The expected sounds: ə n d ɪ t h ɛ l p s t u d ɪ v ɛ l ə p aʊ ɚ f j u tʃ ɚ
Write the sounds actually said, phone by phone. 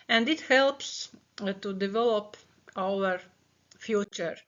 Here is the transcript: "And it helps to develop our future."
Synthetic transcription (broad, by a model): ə n d ɪ t h ɛ l p s t u d ɪ v ɛ l ə p aʊ ɚ f j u tʃ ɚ